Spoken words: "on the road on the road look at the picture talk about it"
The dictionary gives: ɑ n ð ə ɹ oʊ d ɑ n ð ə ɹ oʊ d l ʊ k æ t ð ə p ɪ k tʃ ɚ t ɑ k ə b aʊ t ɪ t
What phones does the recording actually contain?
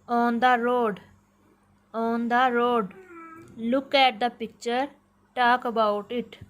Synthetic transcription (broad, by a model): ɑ n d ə ɹ oʊ d ɑ n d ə ɹ oʊ d l ʊ k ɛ t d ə p ɪ k tʃ ɚ t ɑ k ə b aʊ t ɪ t